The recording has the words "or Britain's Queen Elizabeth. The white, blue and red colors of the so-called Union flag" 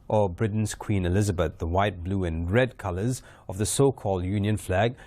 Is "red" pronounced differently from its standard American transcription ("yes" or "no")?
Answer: no